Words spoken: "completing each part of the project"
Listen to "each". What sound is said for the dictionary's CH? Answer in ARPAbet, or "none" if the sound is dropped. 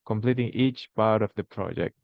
CH